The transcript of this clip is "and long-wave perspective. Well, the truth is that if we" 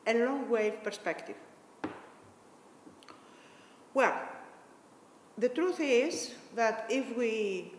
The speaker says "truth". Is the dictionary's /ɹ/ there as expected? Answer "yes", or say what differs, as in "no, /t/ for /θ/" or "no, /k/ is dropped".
yes